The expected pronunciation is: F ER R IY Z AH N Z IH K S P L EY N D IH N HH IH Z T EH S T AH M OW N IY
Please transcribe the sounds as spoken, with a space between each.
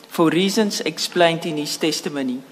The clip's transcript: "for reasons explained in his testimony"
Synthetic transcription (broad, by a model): F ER R IY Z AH N S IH K S P L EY N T IH N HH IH S T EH S T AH M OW N IY